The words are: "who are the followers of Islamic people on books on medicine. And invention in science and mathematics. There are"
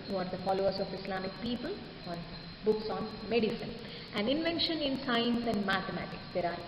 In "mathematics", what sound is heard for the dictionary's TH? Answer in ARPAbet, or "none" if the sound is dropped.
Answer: T